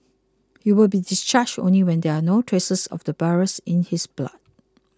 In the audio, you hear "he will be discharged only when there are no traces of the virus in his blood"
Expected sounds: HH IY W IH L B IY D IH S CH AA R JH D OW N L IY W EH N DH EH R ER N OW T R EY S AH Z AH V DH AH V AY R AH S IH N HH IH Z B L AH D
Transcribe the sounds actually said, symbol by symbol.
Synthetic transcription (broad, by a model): HH IY W IH L B IY D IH S CH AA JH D OW N L IY W EH N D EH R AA N OW T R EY S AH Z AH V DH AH B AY R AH S IH N HH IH S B L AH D